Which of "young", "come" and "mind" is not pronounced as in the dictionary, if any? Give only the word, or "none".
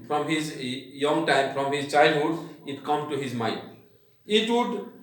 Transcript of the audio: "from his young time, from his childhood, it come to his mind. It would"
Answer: mind